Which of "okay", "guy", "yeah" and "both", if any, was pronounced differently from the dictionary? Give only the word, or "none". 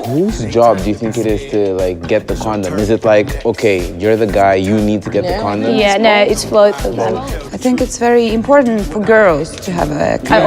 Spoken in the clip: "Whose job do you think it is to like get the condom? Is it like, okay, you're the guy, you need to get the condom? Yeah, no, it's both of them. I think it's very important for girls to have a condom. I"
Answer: both